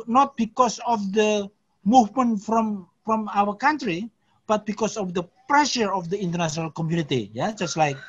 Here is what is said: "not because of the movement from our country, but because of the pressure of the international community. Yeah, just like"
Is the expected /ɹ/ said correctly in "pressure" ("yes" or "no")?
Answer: yes